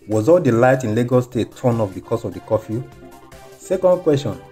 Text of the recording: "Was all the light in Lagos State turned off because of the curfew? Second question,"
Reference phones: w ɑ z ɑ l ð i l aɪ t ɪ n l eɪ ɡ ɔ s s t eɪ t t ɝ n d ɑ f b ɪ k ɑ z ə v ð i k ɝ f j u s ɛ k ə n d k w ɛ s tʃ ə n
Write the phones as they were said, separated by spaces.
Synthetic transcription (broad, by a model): w ɑ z ɑ l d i l aɪ t ɪ n l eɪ ɡ ɔ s s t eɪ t t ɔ n ɑ f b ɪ k ɑ s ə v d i k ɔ f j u s ɛ k ə n d k w ɛ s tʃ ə n